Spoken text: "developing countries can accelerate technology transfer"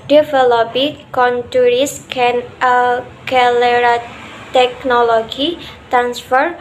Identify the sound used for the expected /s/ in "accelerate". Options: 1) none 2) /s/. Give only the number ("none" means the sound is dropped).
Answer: 1